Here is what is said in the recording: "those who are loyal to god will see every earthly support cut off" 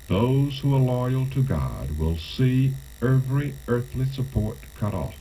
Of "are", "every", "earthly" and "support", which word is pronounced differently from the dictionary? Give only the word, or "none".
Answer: none